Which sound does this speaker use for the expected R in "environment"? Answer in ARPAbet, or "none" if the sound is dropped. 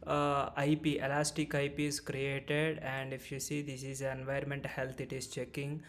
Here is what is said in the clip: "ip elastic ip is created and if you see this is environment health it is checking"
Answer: none